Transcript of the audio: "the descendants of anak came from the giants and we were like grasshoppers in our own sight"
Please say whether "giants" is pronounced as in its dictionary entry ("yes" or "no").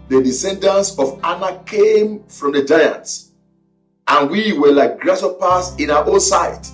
yes